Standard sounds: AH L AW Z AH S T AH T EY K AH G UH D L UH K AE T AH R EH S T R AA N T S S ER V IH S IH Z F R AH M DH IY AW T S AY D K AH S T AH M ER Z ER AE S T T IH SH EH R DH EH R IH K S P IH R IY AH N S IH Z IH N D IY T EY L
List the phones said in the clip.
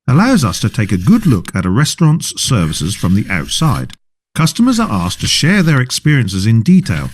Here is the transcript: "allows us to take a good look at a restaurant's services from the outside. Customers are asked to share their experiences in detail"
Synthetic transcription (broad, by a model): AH L AW Z AH S T AH T EY K AH G UH D L UH K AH T AH R EH S T R AA N T S S ER V IH S IH Z F R AH M DH IY AW T S AY D K AH S T AH M ER Z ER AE S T T IH SH EH R DH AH R IH K S P IH R IY AH N S IH Z IH N D IY T EY L